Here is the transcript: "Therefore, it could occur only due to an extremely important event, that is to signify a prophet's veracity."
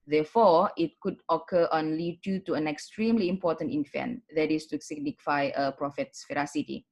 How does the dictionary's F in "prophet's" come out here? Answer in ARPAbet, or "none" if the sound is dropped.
F